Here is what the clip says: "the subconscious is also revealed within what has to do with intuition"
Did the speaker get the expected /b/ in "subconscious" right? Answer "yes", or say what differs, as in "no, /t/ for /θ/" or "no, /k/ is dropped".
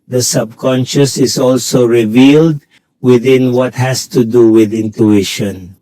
yes